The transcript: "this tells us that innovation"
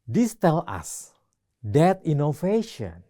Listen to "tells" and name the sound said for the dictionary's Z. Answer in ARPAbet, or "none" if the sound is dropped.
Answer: none